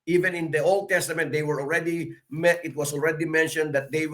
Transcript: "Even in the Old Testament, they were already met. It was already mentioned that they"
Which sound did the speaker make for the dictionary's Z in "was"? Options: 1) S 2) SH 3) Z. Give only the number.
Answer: 1